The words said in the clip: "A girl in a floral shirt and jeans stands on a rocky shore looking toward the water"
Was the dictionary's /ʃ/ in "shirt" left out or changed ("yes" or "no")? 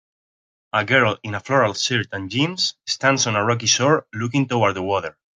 yes